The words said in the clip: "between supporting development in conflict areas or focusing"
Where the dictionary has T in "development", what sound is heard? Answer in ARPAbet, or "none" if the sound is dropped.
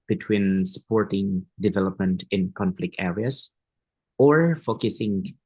T